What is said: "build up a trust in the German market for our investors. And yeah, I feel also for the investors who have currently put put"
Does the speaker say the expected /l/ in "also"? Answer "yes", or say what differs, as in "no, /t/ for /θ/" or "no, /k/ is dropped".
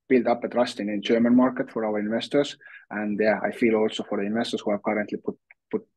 yes